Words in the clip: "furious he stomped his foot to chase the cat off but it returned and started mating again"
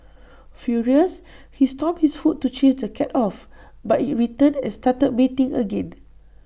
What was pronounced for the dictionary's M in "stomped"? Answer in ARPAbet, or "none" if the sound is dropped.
none